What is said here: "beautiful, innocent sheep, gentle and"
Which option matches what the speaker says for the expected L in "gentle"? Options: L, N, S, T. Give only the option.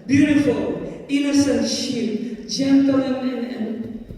N